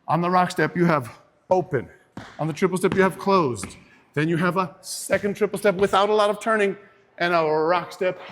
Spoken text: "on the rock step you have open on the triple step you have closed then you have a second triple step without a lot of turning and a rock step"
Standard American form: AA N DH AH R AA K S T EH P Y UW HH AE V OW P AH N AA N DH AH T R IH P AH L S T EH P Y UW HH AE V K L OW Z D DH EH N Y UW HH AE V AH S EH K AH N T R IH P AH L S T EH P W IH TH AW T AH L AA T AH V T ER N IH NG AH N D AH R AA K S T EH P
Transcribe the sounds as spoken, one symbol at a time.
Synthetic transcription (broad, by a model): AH N DH AH R AA K S T EH P Y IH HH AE V OW P AH N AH N DH AH T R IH P L S T EH P Y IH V K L OW Z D DH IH N Y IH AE V AH S EH K AH N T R IH P L S T EH P W IH TH AW T AH L AA T AH V T ER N IH NG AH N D AH R AA K S T EH P